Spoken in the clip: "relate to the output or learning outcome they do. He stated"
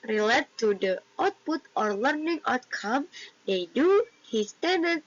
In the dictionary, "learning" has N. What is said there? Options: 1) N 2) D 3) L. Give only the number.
1